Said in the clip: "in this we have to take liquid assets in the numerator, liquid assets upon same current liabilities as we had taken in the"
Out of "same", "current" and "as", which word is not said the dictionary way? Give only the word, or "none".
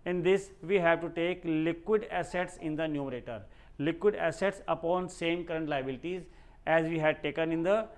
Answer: none